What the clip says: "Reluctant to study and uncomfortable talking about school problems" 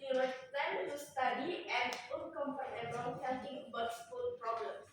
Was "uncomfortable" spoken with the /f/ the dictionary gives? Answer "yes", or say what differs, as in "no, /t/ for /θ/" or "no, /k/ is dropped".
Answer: no, /p/ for /f/